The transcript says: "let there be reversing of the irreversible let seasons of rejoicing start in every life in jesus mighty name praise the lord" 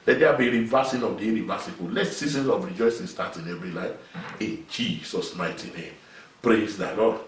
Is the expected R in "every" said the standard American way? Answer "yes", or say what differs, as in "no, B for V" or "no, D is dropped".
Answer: no, R is dropped